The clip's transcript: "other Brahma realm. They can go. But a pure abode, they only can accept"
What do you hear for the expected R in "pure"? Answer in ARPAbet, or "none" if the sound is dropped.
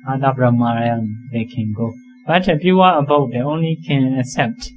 W